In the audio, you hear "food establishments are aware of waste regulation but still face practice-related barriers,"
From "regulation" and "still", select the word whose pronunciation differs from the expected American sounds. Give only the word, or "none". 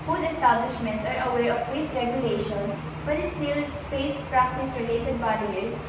none